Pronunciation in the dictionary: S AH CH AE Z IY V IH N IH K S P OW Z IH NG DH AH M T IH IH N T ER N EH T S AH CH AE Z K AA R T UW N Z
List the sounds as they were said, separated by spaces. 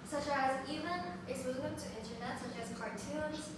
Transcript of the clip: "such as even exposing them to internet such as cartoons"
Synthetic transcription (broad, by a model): S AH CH AE Z IY V IH N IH S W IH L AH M T IH IH N T ER N EH T S AH CH AE Z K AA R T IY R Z